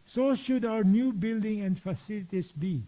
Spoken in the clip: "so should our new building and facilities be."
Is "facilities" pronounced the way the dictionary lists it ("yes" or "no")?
no